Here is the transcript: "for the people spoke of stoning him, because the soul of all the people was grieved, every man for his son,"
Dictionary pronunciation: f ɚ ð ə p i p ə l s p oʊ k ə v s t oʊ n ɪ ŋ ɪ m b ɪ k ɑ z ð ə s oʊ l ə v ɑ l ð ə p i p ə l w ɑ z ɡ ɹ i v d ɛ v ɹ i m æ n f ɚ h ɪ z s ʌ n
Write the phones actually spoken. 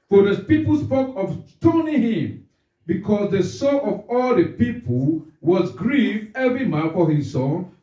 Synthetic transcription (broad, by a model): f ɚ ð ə p i p ə l s p oʊ k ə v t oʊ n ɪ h ɪ m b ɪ k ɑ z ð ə s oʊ n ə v ɑ l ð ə p i p ə l w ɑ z ɡ ɹ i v ɛ v ɹ i m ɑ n f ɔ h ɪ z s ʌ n